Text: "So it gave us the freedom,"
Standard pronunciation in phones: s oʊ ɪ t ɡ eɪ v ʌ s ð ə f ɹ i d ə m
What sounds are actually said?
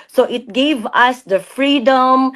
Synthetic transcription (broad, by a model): s oʊ ɪ t ɡ eɪ v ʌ s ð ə f ɹ i d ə m